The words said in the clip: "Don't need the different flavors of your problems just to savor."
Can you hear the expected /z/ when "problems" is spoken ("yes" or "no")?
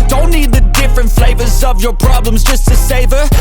yes